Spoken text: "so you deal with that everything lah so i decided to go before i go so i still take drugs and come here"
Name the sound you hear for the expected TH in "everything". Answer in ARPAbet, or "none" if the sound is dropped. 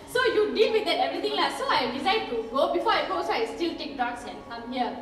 T